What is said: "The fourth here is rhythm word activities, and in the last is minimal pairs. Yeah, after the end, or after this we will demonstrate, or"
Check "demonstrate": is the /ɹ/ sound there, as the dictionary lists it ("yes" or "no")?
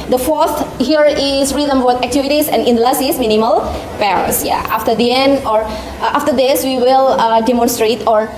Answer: yes